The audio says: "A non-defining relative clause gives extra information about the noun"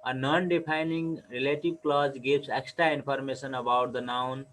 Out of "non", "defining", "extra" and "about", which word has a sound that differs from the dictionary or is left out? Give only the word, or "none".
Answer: defining